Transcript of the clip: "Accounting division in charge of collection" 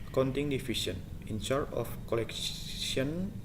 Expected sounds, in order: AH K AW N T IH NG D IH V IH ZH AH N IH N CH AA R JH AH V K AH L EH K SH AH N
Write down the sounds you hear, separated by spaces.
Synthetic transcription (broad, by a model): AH K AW N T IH NG D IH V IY S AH N IH N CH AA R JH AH F K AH L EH K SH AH N